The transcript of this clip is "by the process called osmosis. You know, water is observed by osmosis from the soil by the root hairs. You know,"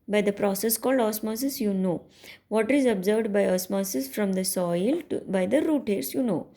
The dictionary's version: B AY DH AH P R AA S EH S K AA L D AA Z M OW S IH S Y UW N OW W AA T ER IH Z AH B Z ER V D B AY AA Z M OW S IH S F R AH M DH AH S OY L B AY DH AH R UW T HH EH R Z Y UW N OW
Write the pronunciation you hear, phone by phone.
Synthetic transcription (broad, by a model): B AY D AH P R AA S EH S K AA L D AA S M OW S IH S Y UW N OW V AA T IH Z AH B Z ER V D B AY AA S M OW S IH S F R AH M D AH S OY L B AY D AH R UW T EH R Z Y UW N OW